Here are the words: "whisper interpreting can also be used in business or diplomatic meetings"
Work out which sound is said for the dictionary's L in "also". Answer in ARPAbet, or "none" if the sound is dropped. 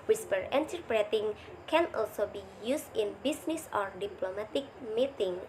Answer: L